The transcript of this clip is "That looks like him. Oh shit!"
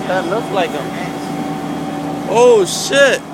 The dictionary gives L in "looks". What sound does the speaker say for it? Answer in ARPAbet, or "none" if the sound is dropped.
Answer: L